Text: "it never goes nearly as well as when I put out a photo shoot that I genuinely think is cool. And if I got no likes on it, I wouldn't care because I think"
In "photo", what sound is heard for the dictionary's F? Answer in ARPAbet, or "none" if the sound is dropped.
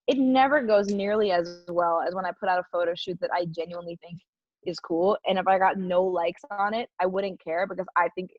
F